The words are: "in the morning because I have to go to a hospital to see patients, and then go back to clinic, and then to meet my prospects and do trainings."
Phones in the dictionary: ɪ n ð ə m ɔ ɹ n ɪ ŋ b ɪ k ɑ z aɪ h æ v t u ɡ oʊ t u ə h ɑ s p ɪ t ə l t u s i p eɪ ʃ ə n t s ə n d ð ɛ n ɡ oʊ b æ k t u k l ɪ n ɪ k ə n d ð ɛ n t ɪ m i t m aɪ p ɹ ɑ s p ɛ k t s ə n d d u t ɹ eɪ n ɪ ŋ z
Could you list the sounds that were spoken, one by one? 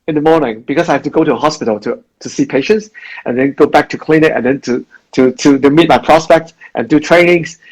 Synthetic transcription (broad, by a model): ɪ n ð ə m ɔ ɹ n ɪ ŋ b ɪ k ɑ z aɪ h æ f t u ɡ oʊ t u ə h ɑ s p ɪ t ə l t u s i p eɪ ʃ ə n t s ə n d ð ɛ n ɡ oʊ b æ k t u k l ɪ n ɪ ə n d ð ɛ n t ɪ m i t m aɪ p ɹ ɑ s p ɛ k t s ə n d d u t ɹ eɪ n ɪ ŋ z